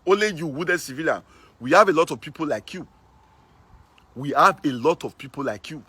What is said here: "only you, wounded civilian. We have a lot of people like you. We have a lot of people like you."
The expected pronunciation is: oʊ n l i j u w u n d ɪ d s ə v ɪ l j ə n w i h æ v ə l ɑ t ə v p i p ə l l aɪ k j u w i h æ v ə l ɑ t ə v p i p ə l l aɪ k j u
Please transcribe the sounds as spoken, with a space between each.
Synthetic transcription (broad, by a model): oʊ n l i j u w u d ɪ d s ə v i l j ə n w i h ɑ v ə l ɑ t ə v p i p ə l l aɪ k j u w i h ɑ v ə l ɑ t ə v p i p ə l l aɪ k j u